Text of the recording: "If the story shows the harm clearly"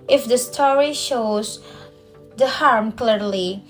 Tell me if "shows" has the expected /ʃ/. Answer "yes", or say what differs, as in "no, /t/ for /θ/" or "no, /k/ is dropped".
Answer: yes